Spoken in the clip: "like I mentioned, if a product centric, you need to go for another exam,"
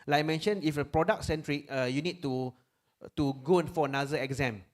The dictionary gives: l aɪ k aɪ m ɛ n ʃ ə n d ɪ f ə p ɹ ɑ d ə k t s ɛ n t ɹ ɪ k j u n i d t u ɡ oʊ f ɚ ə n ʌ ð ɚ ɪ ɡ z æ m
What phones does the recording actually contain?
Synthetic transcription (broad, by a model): l aɪ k m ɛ n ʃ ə n ɪ f ə p ɹ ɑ d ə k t s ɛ n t ɹ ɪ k j u n i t t u ɡ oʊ f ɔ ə n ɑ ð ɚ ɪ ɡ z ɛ m